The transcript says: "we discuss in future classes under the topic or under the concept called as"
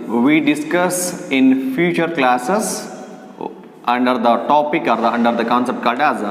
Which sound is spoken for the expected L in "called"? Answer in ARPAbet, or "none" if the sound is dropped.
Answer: none